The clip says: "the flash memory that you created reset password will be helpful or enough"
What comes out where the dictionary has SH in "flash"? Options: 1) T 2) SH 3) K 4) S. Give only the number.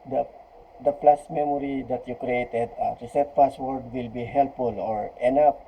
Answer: 4